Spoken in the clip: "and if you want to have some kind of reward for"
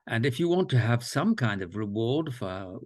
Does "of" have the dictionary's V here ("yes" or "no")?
yes